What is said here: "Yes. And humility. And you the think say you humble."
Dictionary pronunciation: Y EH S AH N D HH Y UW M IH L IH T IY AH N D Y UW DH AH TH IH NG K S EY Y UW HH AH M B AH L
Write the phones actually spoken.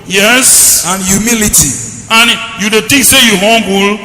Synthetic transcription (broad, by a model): Y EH S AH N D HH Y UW M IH L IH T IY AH N Y UW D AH T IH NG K S EY Y UW HH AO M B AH L